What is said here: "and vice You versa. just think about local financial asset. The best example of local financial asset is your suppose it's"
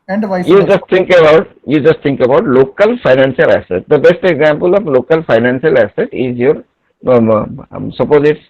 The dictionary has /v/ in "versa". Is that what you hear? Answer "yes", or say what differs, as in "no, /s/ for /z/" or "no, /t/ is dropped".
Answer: no, /b/ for /v/